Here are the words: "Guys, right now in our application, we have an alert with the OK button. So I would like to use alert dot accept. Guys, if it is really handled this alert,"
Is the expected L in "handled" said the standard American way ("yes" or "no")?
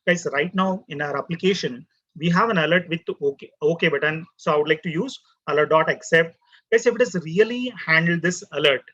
yes